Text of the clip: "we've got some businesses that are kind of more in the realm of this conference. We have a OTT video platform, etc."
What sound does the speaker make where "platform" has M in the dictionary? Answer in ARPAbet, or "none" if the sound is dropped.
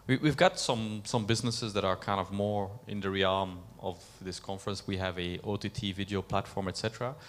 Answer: M